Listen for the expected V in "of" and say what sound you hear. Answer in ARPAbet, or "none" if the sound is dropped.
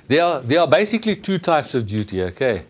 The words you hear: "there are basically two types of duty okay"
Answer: V